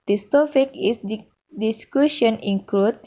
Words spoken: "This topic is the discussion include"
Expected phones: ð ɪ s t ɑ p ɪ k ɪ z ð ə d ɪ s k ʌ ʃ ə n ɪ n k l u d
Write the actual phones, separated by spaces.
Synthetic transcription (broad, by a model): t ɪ s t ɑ f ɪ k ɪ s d d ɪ s k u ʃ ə n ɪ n k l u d